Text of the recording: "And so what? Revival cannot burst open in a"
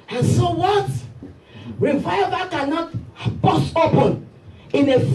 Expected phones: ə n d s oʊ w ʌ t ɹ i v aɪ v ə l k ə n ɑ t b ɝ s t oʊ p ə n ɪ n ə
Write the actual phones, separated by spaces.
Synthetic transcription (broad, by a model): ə n s oʊ w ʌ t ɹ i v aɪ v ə k ə n ɑ t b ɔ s oʊ p ə n ɪ n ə